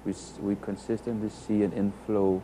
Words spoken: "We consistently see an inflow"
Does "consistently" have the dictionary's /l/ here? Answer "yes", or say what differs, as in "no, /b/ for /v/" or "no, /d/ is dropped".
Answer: no, /l/ is dropped